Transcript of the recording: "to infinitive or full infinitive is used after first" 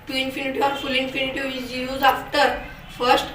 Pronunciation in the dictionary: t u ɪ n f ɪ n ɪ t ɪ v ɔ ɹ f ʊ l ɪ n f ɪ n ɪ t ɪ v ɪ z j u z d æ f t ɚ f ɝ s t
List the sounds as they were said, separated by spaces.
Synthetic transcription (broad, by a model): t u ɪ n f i n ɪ t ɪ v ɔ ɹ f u l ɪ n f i n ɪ t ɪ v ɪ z j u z ɑ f t ɚ f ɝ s t